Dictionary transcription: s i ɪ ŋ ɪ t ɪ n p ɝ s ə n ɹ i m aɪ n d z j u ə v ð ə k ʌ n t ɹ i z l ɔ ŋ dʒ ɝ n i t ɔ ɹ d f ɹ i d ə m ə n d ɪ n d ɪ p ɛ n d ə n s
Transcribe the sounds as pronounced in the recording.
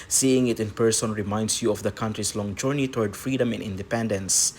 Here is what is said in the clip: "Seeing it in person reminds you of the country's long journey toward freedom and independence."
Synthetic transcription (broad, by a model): s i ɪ ŋ ɪ t ɪ n p ɝ s ə n ɹ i m aɪ n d s j u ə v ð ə k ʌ n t ɹ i s l ɔ ŋ dʒ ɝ n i t ɔ ɹ d f ɹ i d ə m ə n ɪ n d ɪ p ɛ n d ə n s